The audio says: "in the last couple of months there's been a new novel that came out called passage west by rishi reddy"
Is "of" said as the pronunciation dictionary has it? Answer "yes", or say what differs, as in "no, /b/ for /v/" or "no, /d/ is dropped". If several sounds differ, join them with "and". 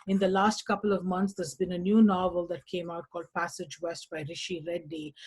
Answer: yes